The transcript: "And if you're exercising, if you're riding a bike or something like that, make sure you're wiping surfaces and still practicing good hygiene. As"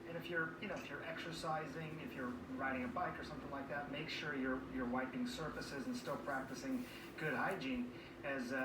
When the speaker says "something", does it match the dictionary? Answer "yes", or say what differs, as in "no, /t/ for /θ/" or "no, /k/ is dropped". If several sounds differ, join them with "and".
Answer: yes